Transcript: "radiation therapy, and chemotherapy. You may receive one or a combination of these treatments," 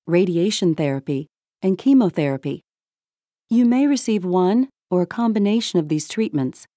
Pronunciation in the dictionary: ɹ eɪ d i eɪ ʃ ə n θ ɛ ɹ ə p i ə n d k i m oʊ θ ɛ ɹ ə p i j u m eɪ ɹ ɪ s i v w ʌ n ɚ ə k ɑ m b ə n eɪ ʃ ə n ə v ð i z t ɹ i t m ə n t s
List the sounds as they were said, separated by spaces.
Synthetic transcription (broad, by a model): ɹ eɪ d i eɪ ʃ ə n θ ɛ ɹ ə p i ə n k i m oʊ θ ɛ ɹ ə p i j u m eɪ ɹ ɪ s i v w ʌ n ɚ ə k ɑ m b ə n eɪ ʃ ə n ə v ð i z t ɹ i t m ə n t s